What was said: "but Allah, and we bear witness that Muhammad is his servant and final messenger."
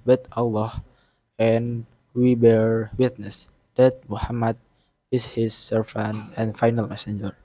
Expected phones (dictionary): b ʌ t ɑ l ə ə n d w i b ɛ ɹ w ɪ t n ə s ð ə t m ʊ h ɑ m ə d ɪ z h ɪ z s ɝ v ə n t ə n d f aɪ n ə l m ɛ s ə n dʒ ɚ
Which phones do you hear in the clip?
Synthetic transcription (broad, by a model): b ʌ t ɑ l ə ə n w i b ɛ ɹ w ɪ t n ə s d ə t m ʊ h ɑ m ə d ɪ s h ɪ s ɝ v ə n ə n f aɪ n ə l m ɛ s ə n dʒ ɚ